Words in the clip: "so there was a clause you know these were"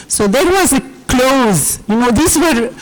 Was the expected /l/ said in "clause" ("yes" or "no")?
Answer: yes